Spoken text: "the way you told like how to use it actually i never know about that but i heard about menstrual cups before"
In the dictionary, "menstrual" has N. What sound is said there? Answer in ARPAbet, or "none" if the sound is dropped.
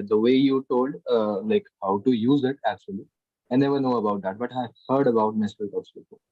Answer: none